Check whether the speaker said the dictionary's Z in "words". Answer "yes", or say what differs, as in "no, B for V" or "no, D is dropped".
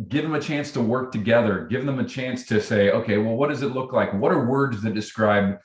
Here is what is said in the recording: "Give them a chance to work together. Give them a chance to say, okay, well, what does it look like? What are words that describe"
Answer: yes